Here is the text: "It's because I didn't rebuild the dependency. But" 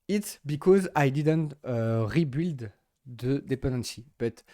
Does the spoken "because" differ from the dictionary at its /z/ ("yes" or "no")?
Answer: no